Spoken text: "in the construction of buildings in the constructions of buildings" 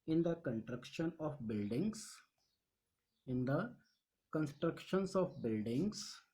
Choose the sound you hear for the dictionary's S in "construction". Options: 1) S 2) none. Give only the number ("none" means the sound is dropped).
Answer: 2